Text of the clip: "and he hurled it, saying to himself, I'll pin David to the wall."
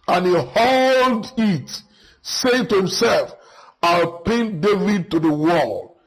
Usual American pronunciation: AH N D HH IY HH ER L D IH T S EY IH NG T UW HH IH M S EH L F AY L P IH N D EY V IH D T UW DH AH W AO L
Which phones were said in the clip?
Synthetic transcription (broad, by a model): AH N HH IY HH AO L D IH T S EY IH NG T UW HH IH M S EH L F AY L P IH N D EY V IH D T UW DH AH W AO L